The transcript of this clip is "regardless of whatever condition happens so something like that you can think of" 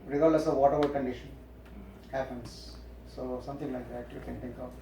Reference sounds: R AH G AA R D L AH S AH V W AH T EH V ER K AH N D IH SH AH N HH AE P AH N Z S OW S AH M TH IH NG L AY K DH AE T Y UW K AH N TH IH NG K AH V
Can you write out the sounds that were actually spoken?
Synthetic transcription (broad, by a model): R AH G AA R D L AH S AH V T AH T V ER K AH N D IH SH AH N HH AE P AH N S S OW S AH M T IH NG L AY K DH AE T Y UW K AH N T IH NG K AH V